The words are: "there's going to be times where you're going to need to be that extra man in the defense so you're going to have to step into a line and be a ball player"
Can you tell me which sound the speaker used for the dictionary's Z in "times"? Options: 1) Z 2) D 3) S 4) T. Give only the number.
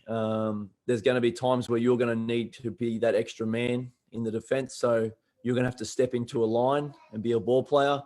1